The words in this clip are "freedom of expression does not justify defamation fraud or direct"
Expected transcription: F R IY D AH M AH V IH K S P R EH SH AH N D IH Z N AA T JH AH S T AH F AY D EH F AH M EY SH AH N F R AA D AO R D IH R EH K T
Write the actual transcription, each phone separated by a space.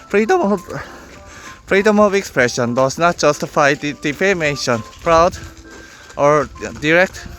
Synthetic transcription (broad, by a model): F R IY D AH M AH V IH K S P R EH SH AH N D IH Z N AA T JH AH S T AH F AY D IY P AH M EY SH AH N P R AA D AO R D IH R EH K T